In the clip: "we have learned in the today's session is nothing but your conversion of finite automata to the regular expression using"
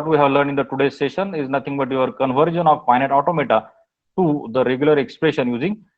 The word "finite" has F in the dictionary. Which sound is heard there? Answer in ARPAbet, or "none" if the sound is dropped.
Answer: P